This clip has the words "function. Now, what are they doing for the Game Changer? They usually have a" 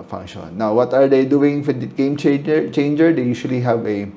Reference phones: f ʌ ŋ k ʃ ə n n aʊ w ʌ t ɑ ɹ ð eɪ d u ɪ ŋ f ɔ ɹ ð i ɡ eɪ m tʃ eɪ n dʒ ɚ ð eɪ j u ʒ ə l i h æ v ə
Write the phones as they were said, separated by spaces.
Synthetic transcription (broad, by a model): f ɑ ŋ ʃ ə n n aʊ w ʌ t ɑ ɹ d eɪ d u ɪ ŋ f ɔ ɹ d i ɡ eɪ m tʃ eɪ n dʒ ɚ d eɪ j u ʃ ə l i h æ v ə